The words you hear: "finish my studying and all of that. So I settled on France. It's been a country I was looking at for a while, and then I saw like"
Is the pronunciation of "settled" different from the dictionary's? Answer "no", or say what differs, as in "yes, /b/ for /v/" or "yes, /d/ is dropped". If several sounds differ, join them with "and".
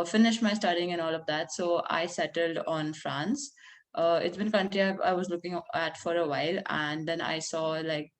no